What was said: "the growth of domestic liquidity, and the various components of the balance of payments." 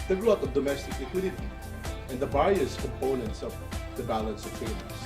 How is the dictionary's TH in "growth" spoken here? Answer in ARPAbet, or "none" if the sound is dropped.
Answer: T